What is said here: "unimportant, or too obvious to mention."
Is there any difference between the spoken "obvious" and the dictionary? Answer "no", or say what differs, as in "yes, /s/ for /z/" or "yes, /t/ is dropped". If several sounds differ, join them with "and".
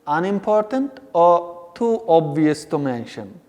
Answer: no